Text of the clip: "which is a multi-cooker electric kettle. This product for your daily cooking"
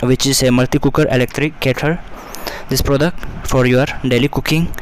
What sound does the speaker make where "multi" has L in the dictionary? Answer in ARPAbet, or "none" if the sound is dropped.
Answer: L